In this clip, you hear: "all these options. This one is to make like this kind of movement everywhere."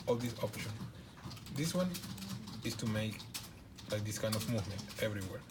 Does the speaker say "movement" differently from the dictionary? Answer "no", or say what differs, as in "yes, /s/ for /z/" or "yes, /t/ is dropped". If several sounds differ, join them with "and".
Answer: no